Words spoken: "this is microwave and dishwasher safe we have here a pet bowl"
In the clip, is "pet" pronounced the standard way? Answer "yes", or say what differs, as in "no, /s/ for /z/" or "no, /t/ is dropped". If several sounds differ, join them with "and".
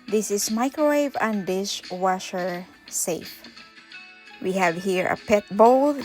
yes